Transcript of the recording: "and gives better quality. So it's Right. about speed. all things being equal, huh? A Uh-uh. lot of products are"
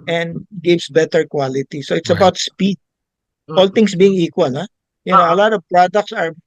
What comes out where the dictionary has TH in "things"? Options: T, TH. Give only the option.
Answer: T